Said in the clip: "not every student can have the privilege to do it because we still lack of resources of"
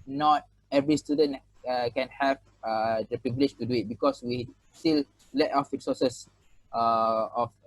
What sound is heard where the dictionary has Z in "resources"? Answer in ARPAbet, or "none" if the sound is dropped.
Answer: none